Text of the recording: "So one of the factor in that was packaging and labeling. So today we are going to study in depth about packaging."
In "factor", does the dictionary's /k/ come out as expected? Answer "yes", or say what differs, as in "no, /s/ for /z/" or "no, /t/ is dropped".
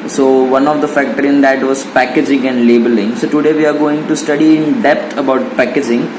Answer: yes